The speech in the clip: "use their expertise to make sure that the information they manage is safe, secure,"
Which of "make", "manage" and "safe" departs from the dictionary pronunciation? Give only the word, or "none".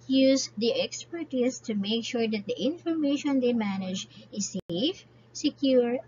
none